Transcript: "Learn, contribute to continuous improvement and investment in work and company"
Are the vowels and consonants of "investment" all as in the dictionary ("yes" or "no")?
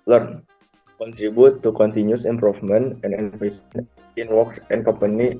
no